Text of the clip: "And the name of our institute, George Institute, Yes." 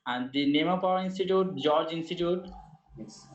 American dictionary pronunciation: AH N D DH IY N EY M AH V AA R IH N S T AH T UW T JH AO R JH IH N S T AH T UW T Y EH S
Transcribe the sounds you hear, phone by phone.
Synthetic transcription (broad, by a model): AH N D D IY N EY M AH P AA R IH N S T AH T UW T JH AO R JH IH N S T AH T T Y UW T